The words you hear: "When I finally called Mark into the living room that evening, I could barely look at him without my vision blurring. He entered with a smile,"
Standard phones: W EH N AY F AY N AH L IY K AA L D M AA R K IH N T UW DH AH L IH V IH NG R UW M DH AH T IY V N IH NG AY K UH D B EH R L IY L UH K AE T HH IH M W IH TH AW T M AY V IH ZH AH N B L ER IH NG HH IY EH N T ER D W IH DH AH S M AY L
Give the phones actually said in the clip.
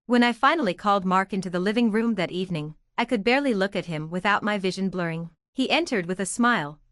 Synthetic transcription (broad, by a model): W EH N AY F AY N L IY K AA L D M AA R K IH N T UW DH AH L IH V IH NG R UW M DH AH T IY V N IH NG AY K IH D B EH R L IY L UH K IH T HH IH M W IH TH AW T M AY V IH ZH AH N B L ER IH NG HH IY EH N T ER D W IH DH AH S M AY L